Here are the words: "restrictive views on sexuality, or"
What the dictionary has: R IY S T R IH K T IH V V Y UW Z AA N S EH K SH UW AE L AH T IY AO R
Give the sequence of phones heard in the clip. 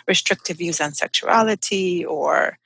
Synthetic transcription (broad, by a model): R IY S T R IH K T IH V V Y UW Z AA N S EH K SH UW AE L AH T IY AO R